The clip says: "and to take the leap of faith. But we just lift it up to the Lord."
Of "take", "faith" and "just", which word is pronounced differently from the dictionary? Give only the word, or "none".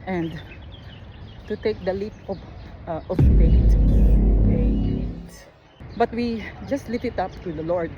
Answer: faith